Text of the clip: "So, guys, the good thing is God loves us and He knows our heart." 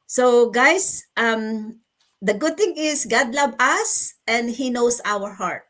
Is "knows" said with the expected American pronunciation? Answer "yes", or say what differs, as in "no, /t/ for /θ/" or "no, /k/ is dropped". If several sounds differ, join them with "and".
no, /s/ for /z/